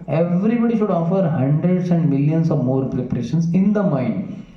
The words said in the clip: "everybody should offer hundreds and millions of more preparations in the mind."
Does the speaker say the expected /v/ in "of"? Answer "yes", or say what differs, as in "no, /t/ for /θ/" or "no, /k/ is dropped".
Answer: yes